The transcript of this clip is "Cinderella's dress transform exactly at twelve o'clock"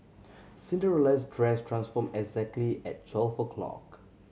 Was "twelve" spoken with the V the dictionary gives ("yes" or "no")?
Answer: no